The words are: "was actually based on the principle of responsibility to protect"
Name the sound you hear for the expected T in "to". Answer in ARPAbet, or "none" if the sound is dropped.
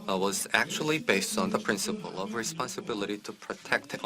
T